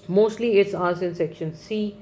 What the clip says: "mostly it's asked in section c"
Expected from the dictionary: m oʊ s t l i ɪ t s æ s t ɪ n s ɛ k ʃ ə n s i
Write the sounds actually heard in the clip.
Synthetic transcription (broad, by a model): m oʊ s t l i ɪ t s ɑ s ɪ n s ɛ k ʃ ə n s i